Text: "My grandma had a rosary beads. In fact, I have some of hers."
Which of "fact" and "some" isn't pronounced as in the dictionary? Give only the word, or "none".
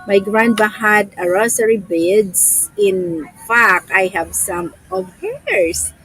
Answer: fact